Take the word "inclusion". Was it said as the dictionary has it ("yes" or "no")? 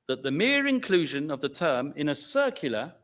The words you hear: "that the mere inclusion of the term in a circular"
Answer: yes